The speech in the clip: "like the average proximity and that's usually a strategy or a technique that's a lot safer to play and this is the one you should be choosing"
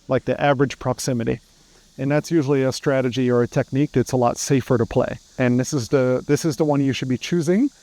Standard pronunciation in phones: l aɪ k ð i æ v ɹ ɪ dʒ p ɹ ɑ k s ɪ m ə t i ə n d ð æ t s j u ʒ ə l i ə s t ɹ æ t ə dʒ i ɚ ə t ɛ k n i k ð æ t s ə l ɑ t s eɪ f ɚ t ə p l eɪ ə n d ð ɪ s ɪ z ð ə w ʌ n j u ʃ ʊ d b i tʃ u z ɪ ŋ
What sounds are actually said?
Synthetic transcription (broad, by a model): l aɪ k ð i æ v ɹ ɪ dʒ p ɹ ɑ k s ɪ m ə t i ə n ð æ t s j u ʒ l i ə s t ɹ æ t ə dʒ i ɚ ə t ɛ k n i k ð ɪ t s ə l ɑ t s eɪ f ɚ t ə p l eɪ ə n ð ð ɪ s ɪ z ð ə w ʌ n j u ʃ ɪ d b i tʃ u z ɪ ŋ